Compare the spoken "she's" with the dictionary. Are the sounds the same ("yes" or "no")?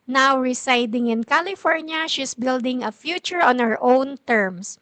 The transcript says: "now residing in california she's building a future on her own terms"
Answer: no